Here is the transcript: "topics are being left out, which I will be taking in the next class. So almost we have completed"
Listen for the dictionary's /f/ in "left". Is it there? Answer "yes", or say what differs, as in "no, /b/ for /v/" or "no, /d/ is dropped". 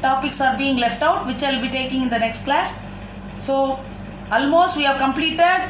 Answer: yes